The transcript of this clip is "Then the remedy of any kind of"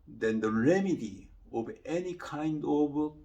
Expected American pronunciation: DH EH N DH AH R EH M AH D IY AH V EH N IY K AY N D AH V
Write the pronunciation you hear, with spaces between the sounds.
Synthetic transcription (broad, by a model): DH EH N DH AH R EH M AH D IY AH V EH N IY K AY N D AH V